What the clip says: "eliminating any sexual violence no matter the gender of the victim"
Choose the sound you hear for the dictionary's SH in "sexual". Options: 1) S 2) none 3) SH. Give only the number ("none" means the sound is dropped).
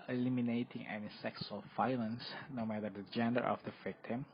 1